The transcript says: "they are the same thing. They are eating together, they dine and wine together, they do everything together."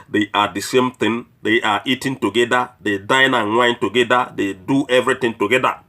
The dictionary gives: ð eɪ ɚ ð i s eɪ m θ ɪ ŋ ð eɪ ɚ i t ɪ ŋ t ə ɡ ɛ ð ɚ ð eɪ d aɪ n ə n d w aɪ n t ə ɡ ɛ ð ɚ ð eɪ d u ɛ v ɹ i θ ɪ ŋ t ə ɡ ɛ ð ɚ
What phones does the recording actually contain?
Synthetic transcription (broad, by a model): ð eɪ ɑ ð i s eɪ m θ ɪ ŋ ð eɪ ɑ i t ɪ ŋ t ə ɡ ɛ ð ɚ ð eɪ d aɪ n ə n w aɪ n t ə ɡ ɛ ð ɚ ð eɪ d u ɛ v ɹ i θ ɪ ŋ t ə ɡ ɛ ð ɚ